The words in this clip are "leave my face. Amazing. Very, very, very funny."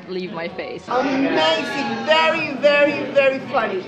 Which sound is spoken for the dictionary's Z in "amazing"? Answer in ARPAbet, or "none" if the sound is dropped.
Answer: S